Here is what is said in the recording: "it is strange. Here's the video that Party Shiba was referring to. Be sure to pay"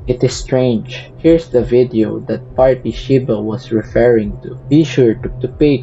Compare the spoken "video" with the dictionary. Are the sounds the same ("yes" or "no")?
yes